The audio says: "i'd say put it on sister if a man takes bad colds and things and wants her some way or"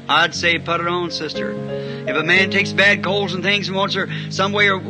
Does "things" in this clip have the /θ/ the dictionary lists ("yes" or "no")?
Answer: yes